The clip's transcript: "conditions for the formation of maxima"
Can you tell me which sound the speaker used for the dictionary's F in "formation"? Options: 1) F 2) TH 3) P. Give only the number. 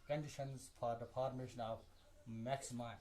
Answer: 3